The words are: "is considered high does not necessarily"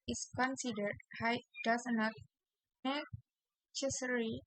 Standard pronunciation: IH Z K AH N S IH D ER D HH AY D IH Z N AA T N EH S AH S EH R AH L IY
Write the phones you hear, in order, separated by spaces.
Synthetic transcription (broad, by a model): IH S K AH N S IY D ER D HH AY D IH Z N AA T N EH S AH S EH R IY